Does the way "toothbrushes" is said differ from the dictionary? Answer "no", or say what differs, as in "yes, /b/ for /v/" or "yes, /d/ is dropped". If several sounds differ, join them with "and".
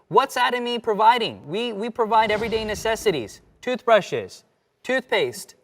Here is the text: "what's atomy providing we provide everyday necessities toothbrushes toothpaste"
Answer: no